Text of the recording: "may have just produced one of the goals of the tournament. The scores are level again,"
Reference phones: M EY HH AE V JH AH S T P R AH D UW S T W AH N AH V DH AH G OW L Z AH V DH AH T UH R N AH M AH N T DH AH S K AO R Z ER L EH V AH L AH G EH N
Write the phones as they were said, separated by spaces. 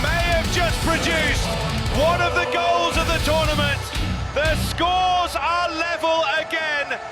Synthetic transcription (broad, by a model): M EY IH V JH AH S P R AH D UW S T W AH N AH V DH AH G OW L Z AH V DH AH T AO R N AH M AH N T DH AH S K AO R Z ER L EH V AH L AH G EH N